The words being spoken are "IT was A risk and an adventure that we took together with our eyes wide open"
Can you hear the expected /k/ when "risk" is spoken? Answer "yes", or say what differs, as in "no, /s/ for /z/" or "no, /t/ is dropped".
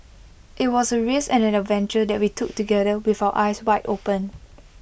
no, /k/ is dropped